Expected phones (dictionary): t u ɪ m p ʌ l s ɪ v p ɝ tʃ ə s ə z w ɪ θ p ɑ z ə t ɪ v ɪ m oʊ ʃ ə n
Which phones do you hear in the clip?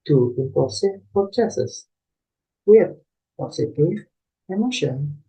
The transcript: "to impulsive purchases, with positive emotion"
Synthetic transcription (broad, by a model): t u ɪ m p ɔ s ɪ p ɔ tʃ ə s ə s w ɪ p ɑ s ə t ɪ ɪ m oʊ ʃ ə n